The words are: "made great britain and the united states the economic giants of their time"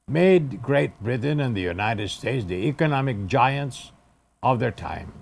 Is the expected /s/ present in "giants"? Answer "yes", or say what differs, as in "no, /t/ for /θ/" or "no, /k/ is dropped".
yes